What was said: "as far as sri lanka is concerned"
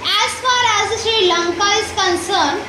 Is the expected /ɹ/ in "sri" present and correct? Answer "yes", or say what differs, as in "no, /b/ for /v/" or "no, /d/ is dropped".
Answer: no, /ɹ/ is dropped